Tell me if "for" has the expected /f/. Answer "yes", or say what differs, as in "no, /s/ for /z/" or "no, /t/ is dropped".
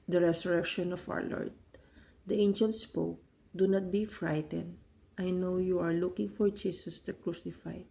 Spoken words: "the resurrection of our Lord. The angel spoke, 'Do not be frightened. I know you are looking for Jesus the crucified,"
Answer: yes